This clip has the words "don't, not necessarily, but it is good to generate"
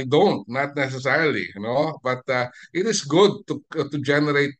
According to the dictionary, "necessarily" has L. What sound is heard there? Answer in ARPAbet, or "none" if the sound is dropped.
N